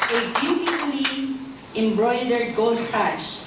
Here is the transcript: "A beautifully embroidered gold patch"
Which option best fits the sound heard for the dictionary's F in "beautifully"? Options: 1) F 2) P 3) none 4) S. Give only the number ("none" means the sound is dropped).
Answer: 2